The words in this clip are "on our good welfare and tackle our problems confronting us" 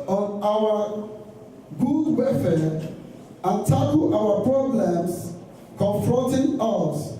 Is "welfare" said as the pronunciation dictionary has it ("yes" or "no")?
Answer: no